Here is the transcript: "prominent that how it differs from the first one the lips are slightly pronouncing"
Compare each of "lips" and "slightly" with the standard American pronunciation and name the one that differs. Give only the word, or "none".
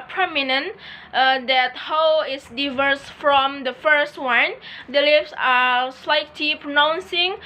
lips